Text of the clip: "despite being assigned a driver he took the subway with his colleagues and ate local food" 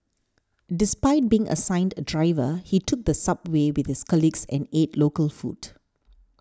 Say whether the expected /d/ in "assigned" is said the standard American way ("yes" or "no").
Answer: yes